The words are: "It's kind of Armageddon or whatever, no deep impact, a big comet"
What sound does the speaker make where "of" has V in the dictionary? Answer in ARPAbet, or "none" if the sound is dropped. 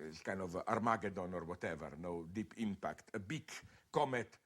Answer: V